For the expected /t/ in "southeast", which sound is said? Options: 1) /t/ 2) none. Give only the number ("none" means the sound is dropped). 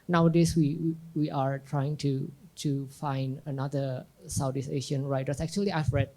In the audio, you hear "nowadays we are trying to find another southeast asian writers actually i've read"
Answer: 2